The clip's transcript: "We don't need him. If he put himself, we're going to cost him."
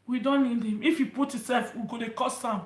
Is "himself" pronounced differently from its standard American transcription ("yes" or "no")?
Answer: yes